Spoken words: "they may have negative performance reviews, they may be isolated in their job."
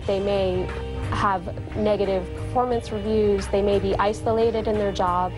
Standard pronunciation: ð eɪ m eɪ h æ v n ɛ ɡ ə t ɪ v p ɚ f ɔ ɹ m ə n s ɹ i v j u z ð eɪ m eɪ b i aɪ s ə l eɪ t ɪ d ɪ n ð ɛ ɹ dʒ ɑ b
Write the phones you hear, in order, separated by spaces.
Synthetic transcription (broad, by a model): ð eɪ m eɪ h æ v n ɛ ɡ ə t ɪ v p ɚ f ɔ ɹ m ə n s ɹ i v j u z ð eɪ m eɪ b i aɪ s ə l eɪ t ɪ d ɪ n ð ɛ ɹ dʒ ɑ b